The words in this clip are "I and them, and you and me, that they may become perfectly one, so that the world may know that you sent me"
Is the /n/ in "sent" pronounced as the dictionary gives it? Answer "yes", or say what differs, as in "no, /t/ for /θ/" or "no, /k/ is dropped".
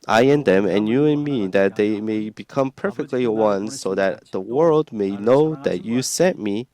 no, /n/ is dropped